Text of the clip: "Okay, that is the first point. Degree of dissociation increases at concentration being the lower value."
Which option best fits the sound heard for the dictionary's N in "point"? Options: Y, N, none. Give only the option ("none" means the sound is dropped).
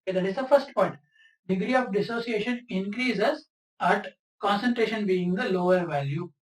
none